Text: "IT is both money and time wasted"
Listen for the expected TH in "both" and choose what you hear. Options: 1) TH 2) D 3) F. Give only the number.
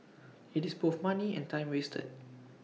3